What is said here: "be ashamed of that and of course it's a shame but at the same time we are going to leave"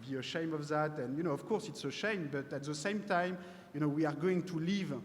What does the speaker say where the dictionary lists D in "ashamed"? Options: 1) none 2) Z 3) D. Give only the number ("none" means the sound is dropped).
1